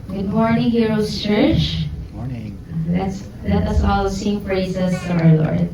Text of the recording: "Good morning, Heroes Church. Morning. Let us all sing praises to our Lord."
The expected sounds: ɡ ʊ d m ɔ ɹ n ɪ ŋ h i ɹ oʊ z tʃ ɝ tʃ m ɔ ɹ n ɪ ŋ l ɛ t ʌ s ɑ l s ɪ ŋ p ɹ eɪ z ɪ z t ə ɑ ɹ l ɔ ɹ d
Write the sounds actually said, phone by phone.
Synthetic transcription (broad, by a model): ɡ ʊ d m ɔ ɹ n ɪ ŋ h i ɹ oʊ s tʃ ɝ tʃ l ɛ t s l ɛ t ʌ s ɑ l s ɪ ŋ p ɹ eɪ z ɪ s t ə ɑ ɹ l ɔ ɹ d